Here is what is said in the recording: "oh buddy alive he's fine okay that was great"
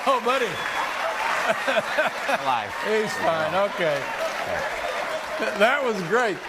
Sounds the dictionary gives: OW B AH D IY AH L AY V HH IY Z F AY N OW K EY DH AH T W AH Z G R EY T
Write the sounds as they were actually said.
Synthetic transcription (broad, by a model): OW B AH D IY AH IH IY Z F AY N OW K EY DH AH T W AH Z G R EY T